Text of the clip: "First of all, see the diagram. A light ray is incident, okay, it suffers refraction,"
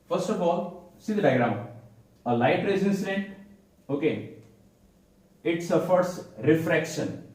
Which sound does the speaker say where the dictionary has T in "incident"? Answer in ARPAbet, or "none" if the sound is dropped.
none